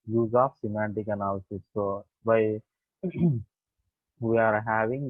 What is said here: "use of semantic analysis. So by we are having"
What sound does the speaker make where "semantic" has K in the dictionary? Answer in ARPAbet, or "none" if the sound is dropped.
K